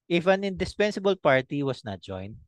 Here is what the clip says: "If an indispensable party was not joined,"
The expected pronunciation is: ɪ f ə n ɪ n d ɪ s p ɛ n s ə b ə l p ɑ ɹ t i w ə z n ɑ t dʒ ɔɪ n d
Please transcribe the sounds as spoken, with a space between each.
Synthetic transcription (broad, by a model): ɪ f ə n ɪ n d ɪ s p ɛ n s ə b ə l p ɑ ɹ t i w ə s n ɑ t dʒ ɔɪ n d